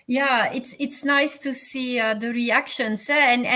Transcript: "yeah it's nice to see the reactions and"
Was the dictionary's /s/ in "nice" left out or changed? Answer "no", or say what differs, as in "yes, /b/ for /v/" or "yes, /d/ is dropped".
no